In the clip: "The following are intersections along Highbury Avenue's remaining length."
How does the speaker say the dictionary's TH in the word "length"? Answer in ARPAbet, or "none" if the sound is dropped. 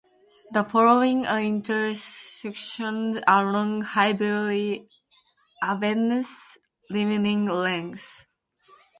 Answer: S